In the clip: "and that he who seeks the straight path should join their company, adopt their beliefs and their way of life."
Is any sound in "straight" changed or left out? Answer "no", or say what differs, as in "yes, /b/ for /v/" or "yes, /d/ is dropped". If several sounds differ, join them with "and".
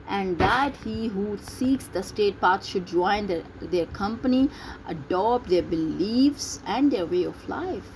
yes, /ɹ/ is dropped